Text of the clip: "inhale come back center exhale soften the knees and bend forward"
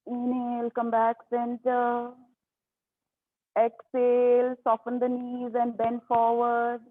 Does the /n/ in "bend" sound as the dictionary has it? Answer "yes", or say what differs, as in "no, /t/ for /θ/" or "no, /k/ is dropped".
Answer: yes